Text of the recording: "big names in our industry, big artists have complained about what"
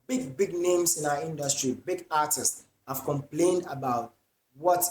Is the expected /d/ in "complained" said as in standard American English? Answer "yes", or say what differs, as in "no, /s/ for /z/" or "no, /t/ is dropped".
yes